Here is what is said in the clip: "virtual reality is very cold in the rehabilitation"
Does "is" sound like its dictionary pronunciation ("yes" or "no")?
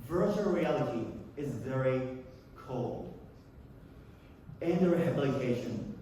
yes